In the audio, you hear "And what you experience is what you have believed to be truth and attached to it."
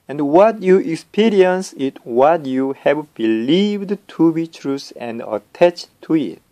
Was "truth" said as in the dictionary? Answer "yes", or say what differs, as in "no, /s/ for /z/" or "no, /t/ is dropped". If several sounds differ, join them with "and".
no, /s/ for /θ/